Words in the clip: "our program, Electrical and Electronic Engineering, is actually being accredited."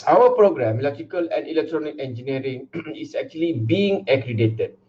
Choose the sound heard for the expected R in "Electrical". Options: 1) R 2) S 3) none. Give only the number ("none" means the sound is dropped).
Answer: 3